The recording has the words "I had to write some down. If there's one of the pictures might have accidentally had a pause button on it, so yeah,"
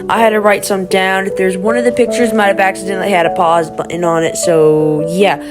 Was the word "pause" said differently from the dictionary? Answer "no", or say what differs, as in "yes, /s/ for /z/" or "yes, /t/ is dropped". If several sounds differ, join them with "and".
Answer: no